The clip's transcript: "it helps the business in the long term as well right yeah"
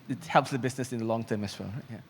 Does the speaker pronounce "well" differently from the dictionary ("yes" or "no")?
yes